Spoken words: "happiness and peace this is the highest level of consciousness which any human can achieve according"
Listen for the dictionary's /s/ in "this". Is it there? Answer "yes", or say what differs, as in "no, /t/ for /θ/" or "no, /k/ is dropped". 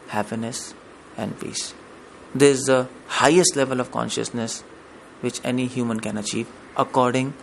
no, /s/ is dropped